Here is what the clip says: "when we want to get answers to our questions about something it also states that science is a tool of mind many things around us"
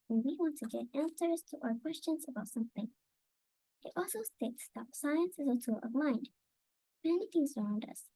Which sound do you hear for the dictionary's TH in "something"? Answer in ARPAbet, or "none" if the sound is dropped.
TH